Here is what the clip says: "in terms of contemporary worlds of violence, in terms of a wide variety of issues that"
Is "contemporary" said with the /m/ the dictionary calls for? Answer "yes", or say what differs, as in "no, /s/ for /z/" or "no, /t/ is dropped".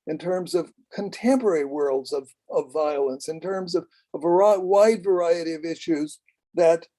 yes